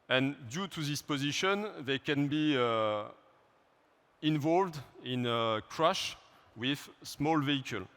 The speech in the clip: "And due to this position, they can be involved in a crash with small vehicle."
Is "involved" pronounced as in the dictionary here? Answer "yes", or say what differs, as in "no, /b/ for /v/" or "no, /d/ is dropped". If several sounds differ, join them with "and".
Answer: yes